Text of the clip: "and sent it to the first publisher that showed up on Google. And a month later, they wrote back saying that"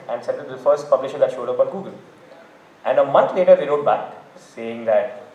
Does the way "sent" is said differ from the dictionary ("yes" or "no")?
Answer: yes